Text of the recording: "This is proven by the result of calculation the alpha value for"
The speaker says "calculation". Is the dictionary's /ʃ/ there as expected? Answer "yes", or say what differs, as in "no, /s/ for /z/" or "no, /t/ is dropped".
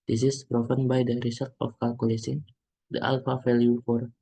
no, /s/ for /ʃ/